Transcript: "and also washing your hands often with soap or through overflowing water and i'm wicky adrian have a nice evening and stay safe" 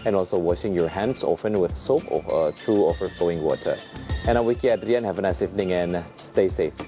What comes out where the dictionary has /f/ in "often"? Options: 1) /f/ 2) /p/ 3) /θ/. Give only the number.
1